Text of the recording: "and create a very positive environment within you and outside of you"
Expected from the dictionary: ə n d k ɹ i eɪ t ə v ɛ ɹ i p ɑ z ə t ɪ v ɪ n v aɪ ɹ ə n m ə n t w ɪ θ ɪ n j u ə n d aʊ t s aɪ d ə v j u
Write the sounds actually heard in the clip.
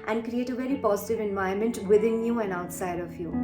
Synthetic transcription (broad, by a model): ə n d k ɹ i eɪ t ə v ɛ ɹ i p ɑ z ə t ɪ v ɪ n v aɪ ə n m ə n t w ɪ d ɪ n j u ə n d aʊ t s aɪ d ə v j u